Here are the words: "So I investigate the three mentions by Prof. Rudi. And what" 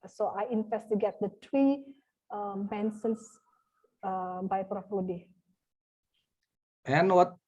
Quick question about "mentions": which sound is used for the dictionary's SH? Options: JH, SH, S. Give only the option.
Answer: S